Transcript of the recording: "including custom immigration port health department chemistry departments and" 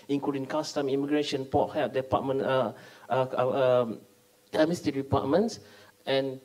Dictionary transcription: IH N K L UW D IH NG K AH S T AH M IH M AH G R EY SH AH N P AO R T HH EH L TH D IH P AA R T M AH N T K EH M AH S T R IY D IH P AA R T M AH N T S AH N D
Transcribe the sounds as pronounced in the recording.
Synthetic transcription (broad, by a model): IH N K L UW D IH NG K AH S T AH M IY M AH G R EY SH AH N P AO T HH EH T D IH P AA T M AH N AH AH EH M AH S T IY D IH P AA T M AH N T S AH N